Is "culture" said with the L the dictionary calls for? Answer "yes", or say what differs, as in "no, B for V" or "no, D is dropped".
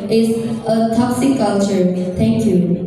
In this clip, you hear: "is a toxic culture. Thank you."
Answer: yes